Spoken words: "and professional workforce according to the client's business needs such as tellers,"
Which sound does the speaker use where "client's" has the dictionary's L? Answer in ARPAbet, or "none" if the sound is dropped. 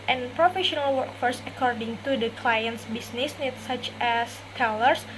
L